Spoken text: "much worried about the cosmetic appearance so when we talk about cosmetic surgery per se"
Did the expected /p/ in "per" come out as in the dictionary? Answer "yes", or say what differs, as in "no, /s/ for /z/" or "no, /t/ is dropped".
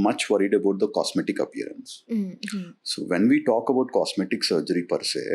yes